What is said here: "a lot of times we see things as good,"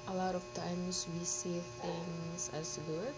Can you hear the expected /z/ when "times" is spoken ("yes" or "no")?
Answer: no